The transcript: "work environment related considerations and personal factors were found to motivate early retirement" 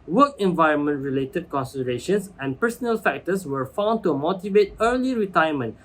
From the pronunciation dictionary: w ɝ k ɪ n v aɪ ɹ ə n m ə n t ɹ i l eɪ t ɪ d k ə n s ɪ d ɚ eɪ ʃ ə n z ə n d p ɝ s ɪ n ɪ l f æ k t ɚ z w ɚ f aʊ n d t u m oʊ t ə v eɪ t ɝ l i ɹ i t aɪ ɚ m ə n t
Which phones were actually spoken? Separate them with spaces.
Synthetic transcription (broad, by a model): w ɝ k ɪ n v aɪ ɹ ə n m ə n t ɹ i l eɪ t ɪ d k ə n s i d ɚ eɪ ʃ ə n s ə n p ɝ s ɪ n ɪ l f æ k t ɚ s w ɚ f aʊ n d t u m oʊ t ə v eɪ t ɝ l i ɹ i t aɪ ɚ m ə n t